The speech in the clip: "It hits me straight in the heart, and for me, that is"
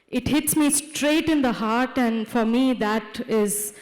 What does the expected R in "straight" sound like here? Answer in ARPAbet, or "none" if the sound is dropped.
R